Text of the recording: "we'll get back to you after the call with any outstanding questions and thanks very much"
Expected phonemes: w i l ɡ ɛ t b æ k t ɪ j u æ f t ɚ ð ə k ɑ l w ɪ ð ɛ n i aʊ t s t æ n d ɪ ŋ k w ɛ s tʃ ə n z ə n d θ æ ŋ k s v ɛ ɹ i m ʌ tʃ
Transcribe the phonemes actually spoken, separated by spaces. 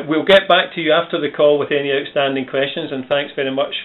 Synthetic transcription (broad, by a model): w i l ɡ ɛ t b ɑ k t ɪ j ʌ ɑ f t ɚ ð ə k ɑ l w ɪ ð ɛ n i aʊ t s t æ n d ɪ ŋ k w ɛ s tʃ ə n z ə n θ æ ŋ k s v ɛ ɹ i m ʌ tʃ